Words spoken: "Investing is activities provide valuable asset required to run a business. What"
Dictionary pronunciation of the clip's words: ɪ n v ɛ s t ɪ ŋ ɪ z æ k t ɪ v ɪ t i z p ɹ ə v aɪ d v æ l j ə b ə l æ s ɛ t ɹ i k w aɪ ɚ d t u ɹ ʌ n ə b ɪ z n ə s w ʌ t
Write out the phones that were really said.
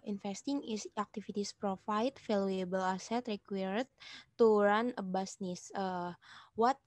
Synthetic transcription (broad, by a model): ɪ n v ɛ s t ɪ ŋ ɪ s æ k t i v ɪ t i s p ɹ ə f aɪ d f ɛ l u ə b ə l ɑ s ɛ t ɹ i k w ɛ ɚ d t u ɹ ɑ n ə b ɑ s n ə s w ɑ t